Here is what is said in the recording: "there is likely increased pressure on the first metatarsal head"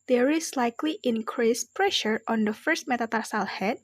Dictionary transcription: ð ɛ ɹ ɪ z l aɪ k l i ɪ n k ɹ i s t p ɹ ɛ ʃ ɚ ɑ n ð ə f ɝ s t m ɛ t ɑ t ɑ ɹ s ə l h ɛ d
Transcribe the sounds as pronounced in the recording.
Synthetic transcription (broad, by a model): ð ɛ ɹ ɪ s l aɪ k l i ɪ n k ɹ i s p ɹ ɛ ʃ ɚ ɑ n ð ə f ɝ s t m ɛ t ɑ t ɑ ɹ s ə l h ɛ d